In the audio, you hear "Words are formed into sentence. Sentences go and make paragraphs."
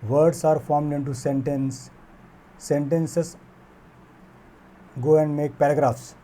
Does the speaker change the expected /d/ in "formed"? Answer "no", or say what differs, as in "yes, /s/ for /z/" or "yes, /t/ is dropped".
no